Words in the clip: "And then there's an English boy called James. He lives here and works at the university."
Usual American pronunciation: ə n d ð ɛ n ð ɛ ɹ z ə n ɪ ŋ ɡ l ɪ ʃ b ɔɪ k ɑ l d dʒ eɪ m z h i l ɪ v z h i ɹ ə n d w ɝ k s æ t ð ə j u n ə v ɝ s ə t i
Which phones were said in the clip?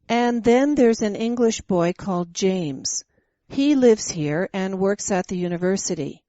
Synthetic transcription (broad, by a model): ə n ð ɛ n ð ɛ ɹ z ə n ɪ ŋ ɡ l ɪ ʃ b ɔɪ k ɑ l d dʒ eɪ m z h i l ɪ v z h i ɹ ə n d w ɝ k s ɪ t ð ə j u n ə v ɝ s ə t i